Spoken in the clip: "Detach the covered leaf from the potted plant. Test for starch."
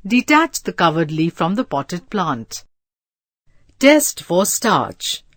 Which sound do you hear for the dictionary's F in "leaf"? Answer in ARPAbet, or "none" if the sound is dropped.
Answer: F